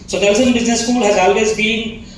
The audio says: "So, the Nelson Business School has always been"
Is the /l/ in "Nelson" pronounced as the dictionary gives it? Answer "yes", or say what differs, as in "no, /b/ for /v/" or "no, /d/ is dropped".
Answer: no, /l/ is dropped